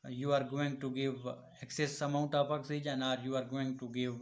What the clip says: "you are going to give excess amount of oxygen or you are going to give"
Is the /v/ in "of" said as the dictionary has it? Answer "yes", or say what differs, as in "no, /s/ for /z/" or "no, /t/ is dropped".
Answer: no, /p/ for /v/